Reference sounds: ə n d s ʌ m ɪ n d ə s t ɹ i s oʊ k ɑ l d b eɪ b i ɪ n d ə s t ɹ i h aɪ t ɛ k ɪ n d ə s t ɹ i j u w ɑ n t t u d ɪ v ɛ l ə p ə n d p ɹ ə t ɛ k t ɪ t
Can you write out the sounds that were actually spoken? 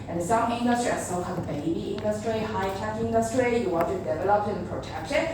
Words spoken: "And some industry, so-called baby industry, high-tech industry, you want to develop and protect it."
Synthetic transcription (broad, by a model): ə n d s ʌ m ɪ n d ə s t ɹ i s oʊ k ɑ d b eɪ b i ɪ n d ə s t ɹ i h aɪ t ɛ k ɪ n d ə s t ɹ i j u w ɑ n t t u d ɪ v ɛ l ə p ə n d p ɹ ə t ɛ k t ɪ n